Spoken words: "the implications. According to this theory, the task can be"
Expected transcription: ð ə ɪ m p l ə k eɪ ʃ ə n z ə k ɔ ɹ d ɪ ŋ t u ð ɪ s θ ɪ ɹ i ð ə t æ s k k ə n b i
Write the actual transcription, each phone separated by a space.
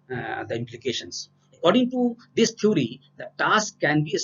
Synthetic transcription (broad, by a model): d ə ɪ m p l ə k eɪ ʃ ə n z ə k ɔ ɹ d ɪ ŋ t u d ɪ s t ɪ ɹ i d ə t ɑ s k k ə n b i